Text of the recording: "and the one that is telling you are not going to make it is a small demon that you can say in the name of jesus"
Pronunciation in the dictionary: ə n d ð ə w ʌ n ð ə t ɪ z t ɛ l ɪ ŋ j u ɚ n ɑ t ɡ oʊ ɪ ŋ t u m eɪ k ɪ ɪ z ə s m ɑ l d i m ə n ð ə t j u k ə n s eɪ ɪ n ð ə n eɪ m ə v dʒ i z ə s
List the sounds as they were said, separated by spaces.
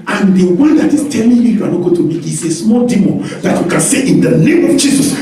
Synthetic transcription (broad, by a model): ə n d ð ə w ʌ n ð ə t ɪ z t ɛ l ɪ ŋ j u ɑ n ɑ t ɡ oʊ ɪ t u m eɪ k ɪ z ə s m ɑ l d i m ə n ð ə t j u k ə n s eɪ ɪ n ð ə n eɪ m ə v dʒ i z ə s